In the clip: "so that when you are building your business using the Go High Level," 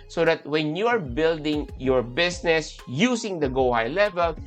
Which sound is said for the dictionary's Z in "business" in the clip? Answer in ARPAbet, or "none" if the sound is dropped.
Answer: S